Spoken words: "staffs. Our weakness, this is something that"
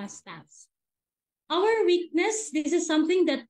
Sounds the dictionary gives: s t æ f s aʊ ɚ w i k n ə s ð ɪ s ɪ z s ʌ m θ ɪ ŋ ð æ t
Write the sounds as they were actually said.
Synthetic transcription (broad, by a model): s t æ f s aʊ ɚ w i k n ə s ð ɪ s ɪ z s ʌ m t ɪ ŋ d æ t